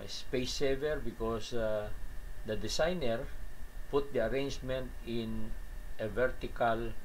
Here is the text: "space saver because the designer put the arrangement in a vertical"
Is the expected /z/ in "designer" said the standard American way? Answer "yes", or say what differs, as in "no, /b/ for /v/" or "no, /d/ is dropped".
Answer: no, /s/ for /z/